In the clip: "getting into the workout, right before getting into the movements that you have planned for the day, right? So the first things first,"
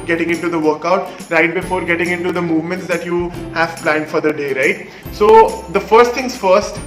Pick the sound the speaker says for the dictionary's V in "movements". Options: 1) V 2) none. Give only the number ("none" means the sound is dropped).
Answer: 1